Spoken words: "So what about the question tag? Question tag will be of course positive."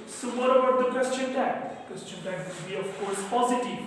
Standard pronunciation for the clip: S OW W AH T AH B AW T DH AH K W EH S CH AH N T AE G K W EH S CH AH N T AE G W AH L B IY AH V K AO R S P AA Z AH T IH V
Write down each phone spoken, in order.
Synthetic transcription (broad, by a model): S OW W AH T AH AH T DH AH K W EH S CH AH N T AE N K W EH S CH AH N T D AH N B IY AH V K AO R S P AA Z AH T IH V